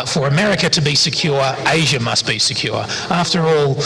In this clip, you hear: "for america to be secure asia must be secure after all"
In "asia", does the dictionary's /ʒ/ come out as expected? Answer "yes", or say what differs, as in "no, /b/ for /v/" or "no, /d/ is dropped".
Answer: yes